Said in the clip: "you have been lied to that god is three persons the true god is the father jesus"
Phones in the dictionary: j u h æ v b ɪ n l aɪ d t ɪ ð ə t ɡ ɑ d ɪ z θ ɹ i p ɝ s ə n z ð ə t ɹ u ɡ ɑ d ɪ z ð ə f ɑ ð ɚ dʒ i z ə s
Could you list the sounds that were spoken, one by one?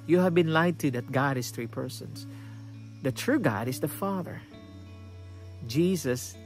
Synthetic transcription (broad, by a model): j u h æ v b ɪ n l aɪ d t ɪ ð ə t ɡ ɑ d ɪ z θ ɹ i p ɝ s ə n s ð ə t ɹ u ɡ ɑ d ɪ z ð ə f ɑ ð ɚ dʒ i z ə s